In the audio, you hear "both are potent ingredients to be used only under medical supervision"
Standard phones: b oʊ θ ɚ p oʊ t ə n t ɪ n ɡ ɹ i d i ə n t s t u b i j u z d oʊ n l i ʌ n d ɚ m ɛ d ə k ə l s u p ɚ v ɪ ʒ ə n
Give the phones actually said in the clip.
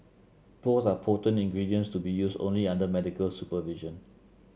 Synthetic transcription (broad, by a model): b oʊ s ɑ p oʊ t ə n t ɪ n ɡ ɹ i d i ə n s t u b i j u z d oʊ n l i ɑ n d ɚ m ɛ d ə k ə l s u p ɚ v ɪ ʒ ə n